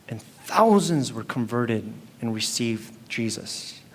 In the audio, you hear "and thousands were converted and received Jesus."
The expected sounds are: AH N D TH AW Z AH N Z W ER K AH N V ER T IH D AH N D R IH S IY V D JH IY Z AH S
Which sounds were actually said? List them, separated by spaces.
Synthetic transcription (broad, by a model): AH N TH AW Z AH N Z W ER K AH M V ER T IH D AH N R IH S IY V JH IY Z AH S